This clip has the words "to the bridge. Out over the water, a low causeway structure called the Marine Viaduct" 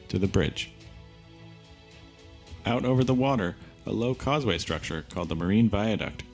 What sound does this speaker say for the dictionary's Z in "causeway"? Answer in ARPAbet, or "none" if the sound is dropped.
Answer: Z